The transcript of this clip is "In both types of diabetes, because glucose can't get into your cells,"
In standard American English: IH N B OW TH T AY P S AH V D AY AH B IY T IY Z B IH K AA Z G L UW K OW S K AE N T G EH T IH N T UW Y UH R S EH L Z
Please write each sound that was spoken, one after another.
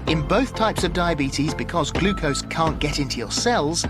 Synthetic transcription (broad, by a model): IH N B OW TH T AY P S AH V D AY AH B IY T IY Z B IH K AA Z G L UW K OW S K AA N G EH T IH N T UW Y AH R S EH L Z